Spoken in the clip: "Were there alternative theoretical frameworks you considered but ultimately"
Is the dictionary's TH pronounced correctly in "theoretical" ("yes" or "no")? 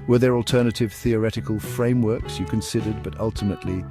yes